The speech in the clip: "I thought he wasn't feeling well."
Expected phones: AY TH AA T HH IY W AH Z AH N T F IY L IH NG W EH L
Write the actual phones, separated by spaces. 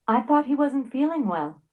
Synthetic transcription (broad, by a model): AY TH AA T HH IY W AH Z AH N T F IY L IH NG W EH L